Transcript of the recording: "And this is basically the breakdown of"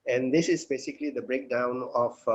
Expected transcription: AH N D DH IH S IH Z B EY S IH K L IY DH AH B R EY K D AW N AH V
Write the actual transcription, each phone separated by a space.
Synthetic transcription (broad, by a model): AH N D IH S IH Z B EY S IH K L IY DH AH B R EY K D AW N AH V